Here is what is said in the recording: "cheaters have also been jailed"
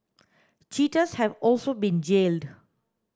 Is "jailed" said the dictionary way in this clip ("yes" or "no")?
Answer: yes